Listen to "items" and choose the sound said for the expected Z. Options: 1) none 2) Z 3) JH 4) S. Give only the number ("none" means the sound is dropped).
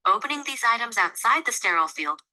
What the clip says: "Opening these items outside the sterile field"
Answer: 2